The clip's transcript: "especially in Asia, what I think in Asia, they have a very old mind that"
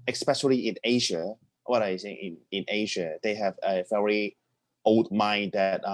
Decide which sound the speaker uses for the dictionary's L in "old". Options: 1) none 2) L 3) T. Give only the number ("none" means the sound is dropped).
2